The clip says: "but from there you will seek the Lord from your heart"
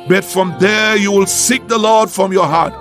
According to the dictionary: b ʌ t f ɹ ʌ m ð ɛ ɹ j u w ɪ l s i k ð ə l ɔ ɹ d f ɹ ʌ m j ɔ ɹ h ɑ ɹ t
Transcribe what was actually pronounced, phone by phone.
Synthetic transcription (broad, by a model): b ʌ t f ɹ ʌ m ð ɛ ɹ j u w ɪ l s i k ð ə l ɔ ɹ d f ɹ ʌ m j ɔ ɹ h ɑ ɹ t